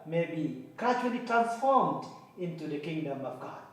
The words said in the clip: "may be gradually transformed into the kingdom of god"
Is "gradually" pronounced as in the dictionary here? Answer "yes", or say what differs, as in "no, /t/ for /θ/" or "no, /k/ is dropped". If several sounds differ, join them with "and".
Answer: no, /tʃ/ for /dʒ/